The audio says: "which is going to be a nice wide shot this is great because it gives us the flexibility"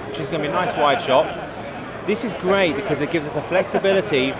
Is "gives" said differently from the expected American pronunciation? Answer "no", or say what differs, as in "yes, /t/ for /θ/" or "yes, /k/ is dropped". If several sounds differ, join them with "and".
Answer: no